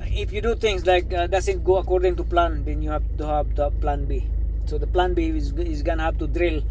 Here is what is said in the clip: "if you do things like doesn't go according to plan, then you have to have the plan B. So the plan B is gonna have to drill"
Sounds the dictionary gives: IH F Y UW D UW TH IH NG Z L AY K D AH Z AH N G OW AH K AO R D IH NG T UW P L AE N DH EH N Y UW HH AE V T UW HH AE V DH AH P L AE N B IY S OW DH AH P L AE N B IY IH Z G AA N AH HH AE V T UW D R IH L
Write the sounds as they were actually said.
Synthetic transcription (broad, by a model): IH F Y UW D UW T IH NG S L AY K D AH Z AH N G OW AH K AO R D IH NG T UW P L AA N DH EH N Y UW HH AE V T UW HH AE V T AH P L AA N B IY S OW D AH P L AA N B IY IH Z G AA N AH HH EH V T UW D R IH L